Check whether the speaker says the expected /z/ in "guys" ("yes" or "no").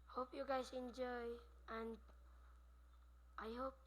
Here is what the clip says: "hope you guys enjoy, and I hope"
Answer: no